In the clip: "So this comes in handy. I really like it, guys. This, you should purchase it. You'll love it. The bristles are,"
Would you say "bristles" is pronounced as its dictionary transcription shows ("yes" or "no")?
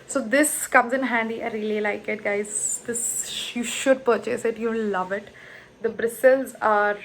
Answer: yes